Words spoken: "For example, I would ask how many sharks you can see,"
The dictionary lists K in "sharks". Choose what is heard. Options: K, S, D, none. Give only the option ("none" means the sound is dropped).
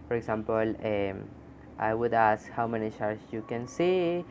none